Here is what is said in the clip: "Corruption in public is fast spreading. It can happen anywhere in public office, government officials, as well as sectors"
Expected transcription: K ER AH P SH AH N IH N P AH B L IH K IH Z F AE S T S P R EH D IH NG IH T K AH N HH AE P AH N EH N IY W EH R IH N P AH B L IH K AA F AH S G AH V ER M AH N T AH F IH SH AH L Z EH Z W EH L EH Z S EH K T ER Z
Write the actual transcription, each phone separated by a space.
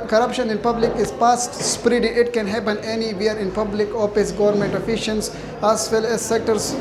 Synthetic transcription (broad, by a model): K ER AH P SH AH N IH N P AH B L IH K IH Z P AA S T S P R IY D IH IH T K AH N HH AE P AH N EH N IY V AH R IH N P AH B L IH K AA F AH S G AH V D M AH N T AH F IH SH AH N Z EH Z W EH L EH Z S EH K T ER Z